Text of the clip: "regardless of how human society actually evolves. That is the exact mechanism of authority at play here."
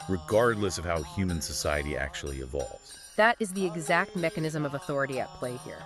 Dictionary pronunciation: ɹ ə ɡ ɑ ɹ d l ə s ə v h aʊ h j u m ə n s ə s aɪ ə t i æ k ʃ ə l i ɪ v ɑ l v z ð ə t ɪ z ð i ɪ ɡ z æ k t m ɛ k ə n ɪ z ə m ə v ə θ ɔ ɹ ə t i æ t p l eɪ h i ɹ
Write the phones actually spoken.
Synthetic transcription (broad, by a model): ɹ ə ɡ ɑ ɹ d l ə s ə v h aʊ h j u m ə n s ə s aɪ ə t i æ k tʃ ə l i ɪ v ɑ l v z ð ə t ɪ z ð i ɪ ɡ z æ k t m ɛ k ə n ɪ z ə m ə v ə θ ɔ ɹ ə t i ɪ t p l eɪ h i ɹ